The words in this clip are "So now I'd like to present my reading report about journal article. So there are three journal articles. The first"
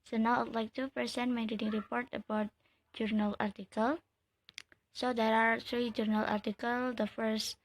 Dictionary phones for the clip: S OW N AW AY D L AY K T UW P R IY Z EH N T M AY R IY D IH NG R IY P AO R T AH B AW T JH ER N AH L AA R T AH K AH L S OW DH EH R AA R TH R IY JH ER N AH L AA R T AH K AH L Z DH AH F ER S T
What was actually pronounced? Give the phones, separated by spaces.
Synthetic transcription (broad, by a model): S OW N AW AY L AY K T UW P IY S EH N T M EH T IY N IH NG R IY P AO R T AH B AW T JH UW N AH L AA R T AH K AH L S OW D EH R AA R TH R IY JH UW N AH L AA R T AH K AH L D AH F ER S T